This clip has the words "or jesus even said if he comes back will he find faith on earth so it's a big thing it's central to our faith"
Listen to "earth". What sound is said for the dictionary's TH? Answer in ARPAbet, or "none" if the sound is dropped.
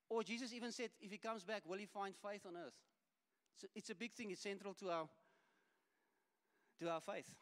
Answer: TH